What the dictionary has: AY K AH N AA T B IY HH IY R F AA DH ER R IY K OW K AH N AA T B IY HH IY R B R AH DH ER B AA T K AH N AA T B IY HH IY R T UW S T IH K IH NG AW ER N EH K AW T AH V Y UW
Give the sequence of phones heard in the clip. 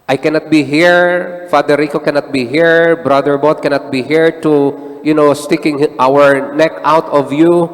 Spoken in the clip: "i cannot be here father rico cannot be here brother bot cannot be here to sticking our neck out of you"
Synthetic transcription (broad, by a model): AY K AH N AA T B IY HH IY R F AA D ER R IY K OW K AH N AA T B IY HH IY R B R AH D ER B AA T K AH N AA T B IY HH IY R T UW S T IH K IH NG AW ER N EH K AW T AH V Y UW